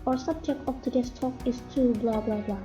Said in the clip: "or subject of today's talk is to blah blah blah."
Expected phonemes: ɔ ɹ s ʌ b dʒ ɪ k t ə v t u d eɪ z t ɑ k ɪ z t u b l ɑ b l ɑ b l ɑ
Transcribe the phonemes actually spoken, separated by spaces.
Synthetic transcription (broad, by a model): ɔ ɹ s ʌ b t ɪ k ə p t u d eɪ s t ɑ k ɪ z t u b l ɑ b l ɑ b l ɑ